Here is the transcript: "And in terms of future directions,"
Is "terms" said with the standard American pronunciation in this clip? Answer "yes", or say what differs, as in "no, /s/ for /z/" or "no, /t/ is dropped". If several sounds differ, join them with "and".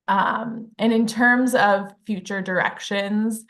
yes